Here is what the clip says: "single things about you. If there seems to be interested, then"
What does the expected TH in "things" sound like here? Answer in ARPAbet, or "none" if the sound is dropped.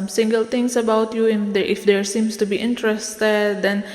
T